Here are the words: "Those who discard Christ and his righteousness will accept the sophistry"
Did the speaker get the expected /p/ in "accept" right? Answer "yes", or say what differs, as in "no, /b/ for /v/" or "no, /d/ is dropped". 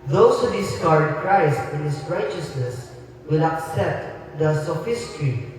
yes